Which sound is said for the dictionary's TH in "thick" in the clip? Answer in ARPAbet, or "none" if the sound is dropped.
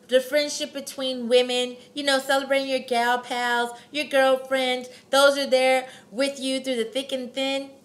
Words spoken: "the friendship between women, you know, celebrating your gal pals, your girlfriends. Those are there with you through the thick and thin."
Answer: TH